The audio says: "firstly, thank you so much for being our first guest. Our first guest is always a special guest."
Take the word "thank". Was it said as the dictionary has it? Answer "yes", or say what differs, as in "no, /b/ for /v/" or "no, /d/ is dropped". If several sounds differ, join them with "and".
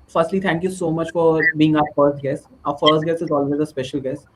no, /t/ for /θ/